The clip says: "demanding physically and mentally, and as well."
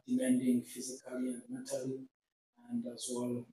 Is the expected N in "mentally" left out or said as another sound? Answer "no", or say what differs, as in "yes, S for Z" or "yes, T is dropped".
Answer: yes, N is dropped